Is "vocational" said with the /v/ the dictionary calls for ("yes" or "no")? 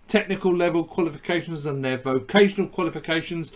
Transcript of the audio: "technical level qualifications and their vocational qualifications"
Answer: yes